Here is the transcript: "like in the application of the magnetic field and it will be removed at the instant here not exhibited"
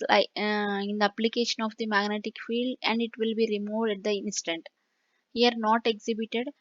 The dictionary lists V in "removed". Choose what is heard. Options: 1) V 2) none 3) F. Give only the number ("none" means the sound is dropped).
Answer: 1